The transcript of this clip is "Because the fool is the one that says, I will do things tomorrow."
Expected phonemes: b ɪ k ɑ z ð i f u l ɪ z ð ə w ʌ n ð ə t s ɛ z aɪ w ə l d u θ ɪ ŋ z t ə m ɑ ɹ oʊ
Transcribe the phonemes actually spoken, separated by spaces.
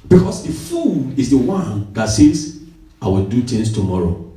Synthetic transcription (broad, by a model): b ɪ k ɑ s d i f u n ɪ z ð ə w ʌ n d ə t s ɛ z aɪ w ə l d u t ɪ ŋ s t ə m ɑ ɹ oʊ